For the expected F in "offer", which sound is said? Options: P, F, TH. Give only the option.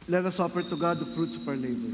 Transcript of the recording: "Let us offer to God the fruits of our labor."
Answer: P